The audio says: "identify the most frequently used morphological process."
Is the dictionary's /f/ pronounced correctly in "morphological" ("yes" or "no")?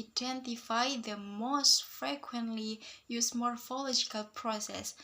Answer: yes